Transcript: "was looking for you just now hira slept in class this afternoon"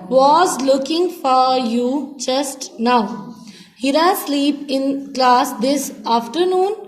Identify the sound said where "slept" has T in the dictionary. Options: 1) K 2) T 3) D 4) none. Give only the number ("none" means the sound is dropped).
4